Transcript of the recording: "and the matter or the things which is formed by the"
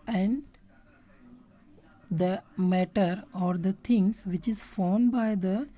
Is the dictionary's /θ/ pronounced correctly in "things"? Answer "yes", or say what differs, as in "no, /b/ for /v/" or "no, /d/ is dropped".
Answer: no, /t/ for /θ/